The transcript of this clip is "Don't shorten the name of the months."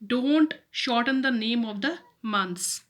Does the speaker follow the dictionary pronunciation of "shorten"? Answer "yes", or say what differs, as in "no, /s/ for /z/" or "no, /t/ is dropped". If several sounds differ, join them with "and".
yes